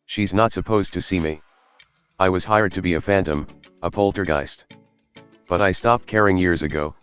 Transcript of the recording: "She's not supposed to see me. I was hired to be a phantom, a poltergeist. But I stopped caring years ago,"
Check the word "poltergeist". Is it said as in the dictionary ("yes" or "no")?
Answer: yes